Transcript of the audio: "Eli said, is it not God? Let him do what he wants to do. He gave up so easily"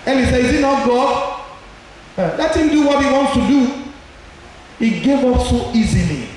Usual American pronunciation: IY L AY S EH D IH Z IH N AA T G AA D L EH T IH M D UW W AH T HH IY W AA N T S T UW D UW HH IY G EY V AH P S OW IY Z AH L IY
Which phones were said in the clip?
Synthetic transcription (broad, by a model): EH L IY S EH IH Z IH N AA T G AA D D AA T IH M D UW W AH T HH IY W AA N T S T UW D UW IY G EY V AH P S OW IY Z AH L IY